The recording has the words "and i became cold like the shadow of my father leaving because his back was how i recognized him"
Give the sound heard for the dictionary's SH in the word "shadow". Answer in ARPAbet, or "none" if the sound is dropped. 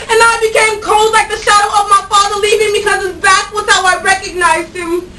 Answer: SH